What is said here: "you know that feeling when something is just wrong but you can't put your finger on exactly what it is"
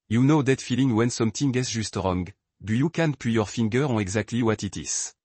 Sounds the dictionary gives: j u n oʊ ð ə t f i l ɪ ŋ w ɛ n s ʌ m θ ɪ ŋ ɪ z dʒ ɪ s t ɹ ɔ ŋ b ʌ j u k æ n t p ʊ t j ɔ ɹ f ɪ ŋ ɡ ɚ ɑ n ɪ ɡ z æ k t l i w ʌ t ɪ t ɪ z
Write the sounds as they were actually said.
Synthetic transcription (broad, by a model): j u n oʊ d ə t f i l ɪ ŋ w ɛ n s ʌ m t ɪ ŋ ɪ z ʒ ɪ s t ɹ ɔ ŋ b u j u k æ n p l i j ɔ ɹ f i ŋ ɡ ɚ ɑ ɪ ɡ z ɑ k t l i w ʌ t ɪ t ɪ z